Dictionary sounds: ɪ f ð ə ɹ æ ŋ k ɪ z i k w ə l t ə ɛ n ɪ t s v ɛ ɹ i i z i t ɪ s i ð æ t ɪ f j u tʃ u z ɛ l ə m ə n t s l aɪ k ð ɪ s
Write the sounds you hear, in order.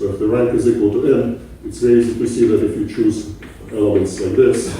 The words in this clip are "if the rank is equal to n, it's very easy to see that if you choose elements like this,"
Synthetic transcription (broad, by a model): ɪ f ð ə ɹ æ ŋ k ɪ z i k w ə l t ə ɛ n ɪ t s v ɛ i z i t ɪ s i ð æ t ɪ f j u tʃ u z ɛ l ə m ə n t s l aɪ k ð ɪ s